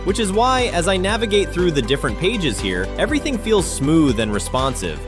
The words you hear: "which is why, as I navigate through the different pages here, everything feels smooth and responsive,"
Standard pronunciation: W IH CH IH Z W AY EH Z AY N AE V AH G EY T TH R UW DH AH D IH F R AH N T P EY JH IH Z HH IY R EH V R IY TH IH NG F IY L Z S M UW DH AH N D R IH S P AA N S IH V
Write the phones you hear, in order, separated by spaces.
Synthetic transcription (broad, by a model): W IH CH IH Z W AY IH Z AY N AE V AH G EY T TH R UW DH AH D IH F R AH N P EY JH IH Z HH IY R EH V R IY TH IH NG F IY L Z S M UW DH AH N R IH S P AA N S IH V